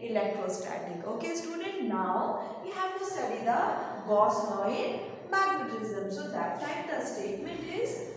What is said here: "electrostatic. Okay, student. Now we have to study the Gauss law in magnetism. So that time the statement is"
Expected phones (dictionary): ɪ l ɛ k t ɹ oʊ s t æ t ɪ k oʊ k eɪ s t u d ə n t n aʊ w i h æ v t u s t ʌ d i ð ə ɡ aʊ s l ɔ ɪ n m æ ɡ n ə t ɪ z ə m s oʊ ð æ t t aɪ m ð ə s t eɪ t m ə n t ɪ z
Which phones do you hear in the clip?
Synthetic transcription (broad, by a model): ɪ l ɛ k t ɹ oʊ s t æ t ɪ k oʊ k eɪ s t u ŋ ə t n aʊ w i h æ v t u s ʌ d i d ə ɡ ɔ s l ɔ ɪ n m æ ɡ n ə t ɪ z ə m s oʊ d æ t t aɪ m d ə s t eɪ t m ə n t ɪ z